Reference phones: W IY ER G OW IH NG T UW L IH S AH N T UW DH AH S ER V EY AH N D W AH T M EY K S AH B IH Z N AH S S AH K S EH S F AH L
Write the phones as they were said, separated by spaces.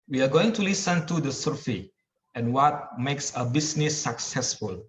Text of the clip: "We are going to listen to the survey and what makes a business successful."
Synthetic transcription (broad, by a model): W IY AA G OW IH NG T UW L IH S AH N T UW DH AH S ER F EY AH N W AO T M EY K S AH B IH S N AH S S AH K S EH S F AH L